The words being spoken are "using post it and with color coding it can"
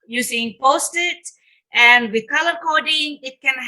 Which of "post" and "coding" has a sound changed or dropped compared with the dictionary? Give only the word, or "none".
none